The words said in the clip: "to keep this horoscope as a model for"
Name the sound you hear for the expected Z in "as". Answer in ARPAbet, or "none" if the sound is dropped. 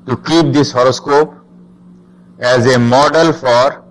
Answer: Z